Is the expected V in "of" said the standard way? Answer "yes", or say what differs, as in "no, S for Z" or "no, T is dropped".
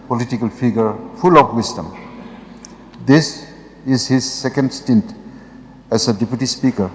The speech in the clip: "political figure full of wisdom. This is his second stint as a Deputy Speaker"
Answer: no, P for V